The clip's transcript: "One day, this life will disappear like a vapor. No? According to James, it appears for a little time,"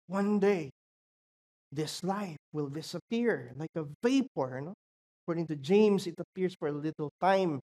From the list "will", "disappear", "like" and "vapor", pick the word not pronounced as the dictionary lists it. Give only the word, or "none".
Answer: none